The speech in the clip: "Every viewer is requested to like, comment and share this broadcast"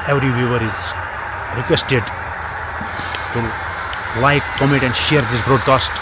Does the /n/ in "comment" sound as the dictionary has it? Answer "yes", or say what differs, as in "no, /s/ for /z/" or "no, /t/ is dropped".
no, /n/ is dropped